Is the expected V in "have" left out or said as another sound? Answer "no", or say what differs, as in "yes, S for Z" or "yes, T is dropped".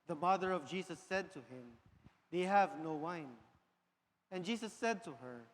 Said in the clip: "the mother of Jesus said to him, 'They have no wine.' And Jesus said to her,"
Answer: no